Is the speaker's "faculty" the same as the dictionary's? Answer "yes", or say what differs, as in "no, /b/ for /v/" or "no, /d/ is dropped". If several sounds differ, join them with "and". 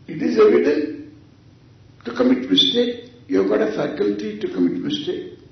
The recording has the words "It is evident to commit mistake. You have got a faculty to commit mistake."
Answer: yes